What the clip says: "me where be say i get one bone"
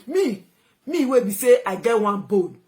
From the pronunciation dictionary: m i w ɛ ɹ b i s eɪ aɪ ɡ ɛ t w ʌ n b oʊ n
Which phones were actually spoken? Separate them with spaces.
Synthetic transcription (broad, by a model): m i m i w b i s eɪ aɪ ɡ ɛ t w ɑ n b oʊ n